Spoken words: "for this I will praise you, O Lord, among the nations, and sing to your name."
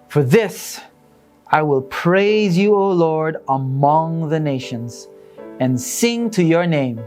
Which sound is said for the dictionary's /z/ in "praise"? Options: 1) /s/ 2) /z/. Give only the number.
2